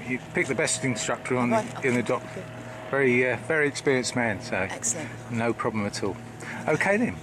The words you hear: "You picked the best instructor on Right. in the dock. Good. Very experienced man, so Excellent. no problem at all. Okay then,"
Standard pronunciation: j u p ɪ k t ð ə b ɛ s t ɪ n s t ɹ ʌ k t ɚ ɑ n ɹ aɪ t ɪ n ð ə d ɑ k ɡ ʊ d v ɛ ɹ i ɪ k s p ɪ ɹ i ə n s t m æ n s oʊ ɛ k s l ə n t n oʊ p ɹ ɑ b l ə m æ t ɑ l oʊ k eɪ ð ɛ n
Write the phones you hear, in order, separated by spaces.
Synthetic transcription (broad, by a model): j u p ɪ k ð ə b ɛ s t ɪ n s t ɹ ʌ k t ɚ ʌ n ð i ɪ n ð ə d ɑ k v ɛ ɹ v ɛ ɹ i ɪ k s p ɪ ɹ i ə n s m æ n s oʊ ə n n oʊ p ɹ ɑ b l ə m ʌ t ɑ l oʊ k eɪ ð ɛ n